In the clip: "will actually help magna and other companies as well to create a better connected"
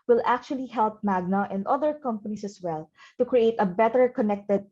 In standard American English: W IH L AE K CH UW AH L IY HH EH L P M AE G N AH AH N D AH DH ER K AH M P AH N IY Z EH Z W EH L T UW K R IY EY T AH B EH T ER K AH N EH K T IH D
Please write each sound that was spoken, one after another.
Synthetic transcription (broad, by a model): W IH L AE K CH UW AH L IY HH EH L P M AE G N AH AH N D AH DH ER K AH M P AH N IY S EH S W EH L T UW K R IY EY T AH B EH T ER K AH N EH K T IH D